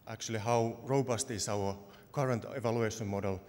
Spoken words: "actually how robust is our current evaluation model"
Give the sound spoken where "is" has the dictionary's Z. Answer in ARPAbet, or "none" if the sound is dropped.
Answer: S